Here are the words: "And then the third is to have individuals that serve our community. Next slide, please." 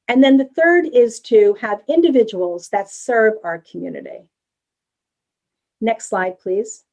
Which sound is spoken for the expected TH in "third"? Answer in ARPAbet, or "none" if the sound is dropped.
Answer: TH